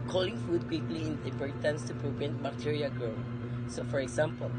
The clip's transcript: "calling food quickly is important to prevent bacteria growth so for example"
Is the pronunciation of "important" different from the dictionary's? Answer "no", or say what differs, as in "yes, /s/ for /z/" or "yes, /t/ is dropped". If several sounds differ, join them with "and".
yes, /m/ is dropped